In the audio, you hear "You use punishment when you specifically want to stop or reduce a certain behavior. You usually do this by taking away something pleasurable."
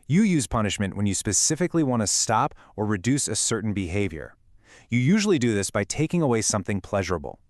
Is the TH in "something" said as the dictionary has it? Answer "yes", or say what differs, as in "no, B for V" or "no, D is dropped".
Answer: yes